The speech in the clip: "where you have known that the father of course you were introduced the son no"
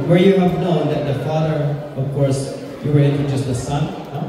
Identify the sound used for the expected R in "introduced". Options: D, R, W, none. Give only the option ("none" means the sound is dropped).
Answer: none